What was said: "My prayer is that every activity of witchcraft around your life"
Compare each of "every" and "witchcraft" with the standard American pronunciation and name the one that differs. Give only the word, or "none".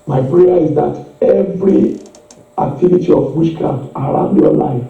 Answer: witchcraft